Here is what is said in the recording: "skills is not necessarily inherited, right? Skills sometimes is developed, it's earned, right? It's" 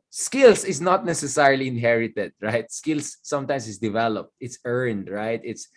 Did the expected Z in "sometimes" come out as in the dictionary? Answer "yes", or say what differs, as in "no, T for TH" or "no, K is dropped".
no, S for Z